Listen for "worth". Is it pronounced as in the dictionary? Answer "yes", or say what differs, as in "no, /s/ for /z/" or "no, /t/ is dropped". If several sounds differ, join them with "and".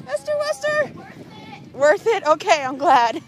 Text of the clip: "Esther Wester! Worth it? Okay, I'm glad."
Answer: yes